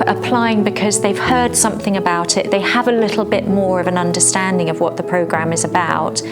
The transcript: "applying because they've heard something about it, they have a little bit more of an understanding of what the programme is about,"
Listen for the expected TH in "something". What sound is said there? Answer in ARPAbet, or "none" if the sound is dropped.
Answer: TH